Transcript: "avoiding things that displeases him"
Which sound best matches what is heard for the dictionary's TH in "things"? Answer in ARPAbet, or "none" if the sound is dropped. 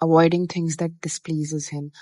T